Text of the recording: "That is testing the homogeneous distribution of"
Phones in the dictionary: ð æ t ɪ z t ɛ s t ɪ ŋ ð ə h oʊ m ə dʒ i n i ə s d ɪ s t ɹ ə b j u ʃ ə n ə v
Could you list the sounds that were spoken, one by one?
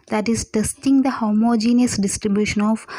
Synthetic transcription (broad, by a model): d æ t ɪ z t ɛ s t ɪ ŋ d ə h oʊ m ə dʒ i n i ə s d ɪ s t ɹ ə b j u ʃ ə n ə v